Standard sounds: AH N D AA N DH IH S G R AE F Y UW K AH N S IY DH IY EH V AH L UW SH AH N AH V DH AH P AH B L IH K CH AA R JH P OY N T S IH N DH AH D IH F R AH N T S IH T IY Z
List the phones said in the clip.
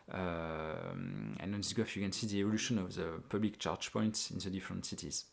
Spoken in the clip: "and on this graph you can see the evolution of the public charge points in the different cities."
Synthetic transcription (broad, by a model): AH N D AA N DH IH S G AO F Y UW K AH N S IY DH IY EH V AH L UW SH AH N AH V DH AH P AH B L IH K CH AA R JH P OY N T S IH N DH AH D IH F R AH N T S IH T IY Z